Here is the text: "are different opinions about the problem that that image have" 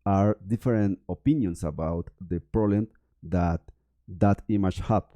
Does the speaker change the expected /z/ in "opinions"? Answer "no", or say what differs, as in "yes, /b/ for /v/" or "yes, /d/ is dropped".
yes, /s/ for /z/